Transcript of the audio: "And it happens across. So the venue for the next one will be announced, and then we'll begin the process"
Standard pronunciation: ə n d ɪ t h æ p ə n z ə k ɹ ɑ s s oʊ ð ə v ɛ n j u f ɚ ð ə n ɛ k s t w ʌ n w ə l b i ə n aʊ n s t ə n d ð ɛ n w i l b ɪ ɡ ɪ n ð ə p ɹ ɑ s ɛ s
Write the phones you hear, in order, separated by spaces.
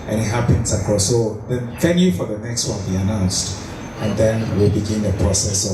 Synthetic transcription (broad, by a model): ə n ɪ t h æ p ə n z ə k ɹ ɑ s s oʊ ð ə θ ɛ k j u f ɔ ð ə n ɛ k s t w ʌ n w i ə n aʊ n s t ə n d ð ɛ n w i l b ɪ ɡ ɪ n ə p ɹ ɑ s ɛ s